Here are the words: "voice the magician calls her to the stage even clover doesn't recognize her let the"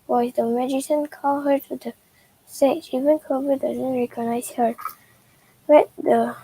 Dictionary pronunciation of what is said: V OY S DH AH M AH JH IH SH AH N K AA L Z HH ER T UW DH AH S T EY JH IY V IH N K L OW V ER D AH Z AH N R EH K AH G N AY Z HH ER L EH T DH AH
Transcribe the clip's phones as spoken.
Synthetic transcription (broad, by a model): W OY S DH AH M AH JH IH S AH N K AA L HH ER T UW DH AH S T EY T IY V IH N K OW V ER D AH Z AH N R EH K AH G N AY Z HH ER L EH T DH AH